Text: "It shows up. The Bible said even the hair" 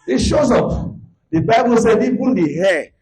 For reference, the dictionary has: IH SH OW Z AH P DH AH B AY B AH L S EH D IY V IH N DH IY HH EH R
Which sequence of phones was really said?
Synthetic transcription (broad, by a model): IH SH OW Z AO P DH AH B AY B AH L S EH D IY B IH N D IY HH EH